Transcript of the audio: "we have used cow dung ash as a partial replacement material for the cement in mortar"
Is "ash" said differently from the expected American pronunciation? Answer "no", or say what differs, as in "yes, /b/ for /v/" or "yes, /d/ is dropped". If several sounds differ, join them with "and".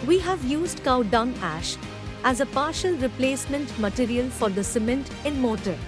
no